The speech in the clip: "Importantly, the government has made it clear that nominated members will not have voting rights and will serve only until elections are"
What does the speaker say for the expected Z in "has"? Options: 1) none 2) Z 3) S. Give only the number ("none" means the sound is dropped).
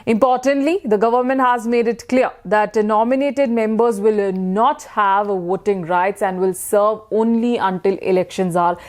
2